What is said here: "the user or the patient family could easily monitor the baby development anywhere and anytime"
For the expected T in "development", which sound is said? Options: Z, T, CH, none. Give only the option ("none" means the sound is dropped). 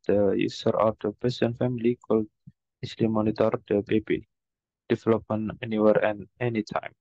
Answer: none